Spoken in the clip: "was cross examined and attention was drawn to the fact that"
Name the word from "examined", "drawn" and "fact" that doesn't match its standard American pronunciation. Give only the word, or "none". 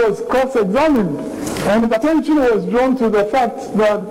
none